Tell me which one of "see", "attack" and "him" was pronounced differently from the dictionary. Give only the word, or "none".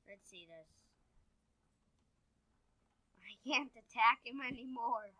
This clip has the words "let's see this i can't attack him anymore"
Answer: none